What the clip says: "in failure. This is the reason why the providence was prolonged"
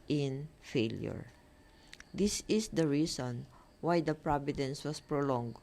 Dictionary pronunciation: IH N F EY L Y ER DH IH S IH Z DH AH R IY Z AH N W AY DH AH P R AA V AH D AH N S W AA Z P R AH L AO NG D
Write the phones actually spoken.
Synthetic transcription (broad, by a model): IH N F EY L Y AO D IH S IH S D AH R IY S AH N W AY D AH P R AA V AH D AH N S W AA S P R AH L AO NG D